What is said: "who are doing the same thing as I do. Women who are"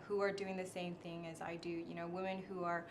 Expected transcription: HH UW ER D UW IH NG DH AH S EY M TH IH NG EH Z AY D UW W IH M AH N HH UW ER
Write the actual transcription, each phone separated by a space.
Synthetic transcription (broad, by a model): HH UW ER D UW IH NG DH AH S EY M TH IH NG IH Z AY D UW W IH M AH N HH UW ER